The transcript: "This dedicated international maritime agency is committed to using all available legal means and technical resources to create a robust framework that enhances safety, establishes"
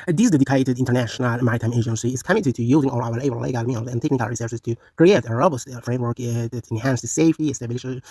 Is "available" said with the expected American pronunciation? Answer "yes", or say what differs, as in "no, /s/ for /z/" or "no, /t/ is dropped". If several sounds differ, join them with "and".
no, /w/ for /v/ and /b/ is dropped